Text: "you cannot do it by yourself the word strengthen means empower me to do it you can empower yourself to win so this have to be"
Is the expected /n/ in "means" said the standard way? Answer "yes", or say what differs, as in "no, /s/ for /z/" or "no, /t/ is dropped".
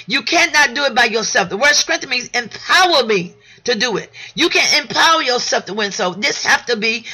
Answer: no, /n/ is dropped